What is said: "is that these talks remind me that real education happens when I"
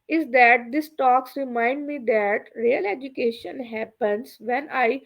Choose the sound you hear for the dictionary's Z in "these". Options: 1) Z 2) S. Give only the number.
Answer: 2